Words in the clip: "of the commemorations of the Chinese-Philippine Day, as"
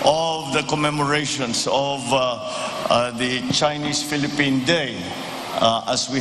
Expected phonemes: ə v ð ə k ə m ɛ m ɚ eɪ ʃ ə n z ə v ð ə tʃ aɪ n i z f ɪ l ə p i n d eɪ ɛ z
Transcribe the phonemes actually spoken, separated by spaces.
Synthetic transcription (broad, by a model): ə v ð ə k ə m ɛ m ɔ eɪ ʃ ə n s ə v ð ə tʃ aɪ n i s f ɪ l ə p i n d eɪ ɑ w